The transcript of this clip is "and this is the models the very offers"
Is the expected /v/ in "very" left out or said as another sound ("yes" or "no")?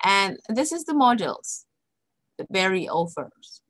yes